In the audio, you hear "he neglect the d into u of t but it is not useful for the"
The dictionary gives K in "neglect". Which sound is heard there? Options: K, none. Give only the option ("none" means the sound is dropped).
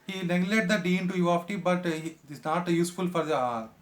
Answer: none